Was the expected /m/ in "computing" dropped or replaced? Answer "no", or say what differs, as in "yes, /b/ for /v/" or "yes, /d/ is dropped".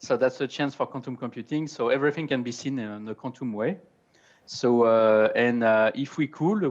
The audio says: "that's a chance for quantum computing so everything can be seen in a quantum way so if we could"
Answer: no